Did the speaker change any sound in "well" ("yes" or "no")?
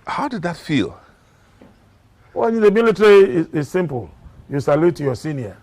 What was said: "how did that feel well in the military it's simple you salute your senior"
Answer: yes